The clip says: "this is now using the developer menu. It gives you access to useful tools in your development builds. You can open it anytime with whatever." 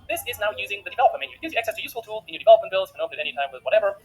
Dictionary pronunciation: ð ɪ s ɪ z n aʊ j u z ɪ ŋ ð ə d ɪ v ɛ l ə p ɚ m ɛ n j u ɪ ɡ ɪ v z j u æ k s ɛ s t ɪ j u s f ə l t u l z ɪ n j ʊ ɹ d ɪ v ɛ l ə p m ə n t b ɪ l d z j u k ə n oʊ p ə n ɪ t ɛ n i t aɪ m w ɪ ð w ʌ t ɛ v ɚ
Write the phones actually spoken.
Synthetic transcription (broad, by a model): ð ɪ s ɪ z n aʊ j u z ɪ ŋ ð ə d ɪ v ɛ l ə p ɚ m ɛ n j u ɪ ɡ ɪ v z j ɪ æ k s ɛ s t ɪ j u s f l t u l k ɪ n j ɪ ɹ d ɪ v ɛ l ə p m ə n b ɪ l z k ə n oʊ ə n ɪ t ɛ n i t aɪ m w ɪ ð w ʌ t ɛ v ɚ